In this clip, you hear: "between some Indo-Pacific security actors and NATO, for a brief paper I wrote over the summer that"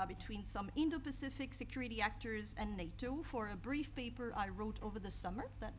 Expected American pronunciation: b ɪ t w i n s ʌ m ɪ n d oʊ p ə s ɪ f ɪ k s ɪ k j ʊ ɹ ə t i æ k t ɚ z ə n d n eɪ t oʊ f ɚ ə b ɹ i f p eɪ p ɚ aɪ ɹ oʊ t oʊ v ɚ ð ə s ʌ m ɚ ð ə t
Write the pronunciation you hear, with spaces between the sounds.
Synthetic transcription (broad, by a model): b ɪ t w i n s ʌ m ɪ n d oʊ p ə s ɪ f ɪ k s ɪ k j ʊ ɹ ə t i æ k t ɚ z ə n n eɪ t oʊ f ɚ ə b ɹ i f p eɪ p ɚ aɪ ɹ oʊ t oʊ v ɚ ð ə s ʌ m ɚ ð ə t